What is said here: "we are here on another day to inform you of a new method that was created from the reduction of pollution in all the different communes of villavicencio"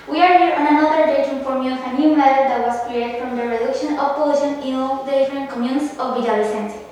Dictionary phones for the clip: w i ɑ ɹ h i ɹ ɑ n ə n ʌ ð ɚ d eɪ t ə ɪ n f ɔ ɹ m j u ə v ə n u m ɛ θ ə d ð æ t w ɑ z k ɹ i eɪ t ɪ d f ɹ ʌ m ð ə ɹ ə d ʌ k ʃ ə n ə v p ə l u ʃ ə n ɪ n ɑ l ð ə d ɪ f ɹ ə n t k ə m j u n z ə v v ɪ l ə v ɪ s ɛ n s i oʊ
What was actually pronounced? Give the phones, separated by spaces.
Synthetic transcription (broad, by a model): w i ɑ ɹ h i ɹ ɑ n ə n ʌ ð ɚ d eɪ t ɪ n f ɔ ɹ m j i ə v ə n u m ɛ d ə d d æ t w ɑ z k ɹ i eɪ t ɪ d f ɹ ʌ m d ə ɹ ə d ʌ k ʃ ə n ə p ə ɪ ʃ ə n ɪ n ɑ l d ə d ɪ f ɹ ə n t k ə m j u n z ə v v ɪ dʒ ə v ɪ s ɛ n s